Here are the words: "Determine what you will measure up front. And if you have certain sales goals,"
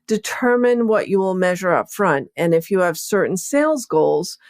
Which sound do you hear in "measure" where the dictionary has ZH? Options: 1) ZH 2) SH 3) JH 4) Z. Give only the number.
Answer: 1